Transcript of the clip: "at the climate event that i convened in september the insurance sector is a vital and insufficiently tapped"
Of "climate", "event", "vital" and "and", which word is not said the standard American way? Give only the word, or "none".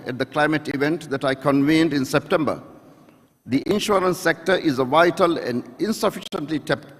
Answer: none